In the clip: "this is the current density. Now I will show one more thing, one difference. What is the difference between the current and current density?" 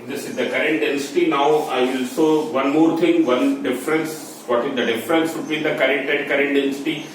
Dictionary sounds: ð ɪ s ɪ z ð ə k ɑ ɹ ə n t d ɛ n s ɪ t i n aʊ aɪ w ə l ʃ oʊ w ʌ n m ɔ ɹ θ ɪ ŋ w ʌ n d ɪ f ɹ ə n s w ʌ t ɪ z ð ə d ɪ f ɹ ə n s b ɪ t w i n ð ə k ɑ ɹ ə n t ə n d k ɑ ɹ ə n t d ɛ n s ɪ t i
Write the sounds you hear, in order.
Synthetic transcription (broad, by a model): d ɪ s ɪ z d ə k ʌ ɹ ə n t d ɛ n s ɪ t i n aʊ aɪ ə l s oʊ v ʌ n m ɔ ɹ t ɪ ŋ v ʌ n d ɪ f ɹ ə n s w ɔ t ɪ z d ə d ɪ f ɹ ə n s b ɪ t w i n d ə k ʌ ɹ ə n t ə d k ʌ ɹ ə n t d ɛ n s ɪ t i